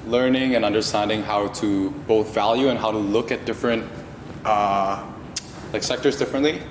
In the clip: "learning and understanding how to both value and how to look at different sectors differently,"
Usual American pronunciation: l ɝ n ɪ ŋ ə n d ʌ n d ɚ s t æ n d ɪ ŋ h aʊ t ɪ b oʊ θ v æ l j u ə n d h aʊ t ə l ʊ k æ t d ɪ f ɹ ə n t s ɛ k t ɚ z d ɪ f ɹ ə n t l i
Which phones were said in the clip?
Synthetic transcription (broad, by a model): l ɝ n ɪ ŋ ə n ʌ n d ɚ s t æ n d ɪ ŋ h aʊ t ɪ b oʊ θ v æ l j u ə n h aʊ t ə l ʊ k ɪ t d ɪ f ɹ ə n t s ɛ k t ɚ z d ɪ f ɹ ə n t l i